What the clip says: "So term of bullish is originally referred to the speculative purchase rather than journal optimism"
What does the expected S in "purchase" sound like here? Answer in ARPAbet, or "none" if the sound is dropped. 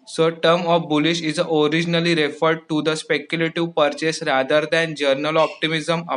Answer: S